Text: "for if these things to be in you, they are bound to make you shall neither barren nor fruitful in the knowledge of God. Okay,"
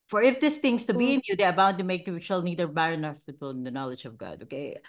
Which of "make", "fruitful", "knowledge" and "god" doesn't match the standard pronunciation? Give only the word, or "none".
fruitful